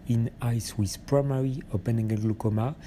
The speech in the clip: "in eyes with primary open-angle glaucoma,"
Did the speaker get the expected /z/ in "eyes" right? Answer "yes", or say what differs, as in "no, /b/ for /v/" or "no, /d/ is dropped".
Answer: no, /s/ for /z/